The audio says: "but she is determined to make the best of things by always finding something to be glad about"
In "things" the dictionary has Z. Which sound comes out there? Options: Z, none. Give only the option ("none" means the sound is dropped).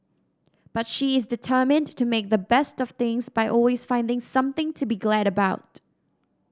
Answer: Z